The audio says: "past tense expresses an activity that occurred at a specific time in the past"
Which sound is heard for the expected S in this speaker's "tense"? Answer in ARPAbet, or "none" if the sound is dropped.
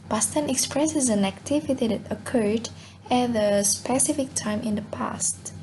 none